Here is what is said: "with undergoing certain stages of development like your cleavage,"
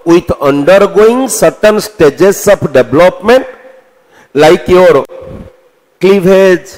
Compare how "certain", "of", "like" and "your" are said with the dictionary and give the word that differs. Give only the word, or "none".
of